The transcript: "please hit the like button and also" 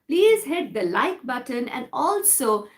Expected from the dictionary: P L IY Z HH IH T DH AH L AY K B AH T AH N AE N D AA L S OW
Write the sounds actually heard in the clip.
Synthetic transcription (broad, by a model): P L IY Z HH IH T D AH L AY K B AH T AH N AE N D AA L S OW